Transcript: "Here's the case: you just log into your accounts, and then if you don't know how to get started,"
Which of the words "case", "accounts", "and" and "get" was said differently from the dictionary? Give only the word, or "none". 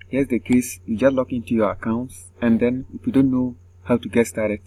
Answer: none